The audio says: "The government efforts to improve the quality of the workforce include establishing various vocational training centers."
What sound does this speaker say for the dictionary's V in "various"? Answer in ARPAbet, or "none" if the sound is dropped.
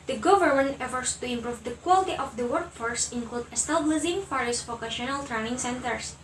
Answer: F